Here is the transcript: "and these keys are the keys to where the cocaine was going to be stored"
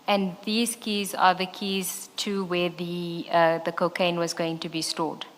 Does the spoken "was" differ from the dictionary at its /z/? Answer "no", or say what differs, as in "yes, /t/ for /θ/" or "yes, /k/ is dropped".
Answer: no